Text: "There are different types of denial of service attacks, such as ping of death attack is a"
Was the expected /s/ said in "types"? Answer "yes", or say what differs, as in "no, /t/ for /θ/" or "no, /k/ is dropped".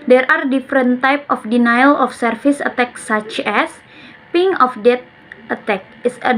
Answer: no, /s/ is dropped